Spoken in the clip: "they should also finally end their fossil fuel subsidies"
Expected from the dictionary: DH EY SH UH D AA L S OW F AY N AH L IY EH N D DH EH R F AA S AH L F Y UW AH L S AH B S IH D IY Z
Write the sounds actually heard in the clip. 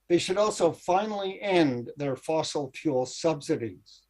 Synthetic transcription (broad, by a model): DH EY SH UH D AA L S OW F AY N L IY EH N DH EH R F AA S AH L P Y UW L S AH B S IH D IY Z